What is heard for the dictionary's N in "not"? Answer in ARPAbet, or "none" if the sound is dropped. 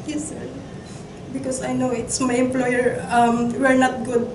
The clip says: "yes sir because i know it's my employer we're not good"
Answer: N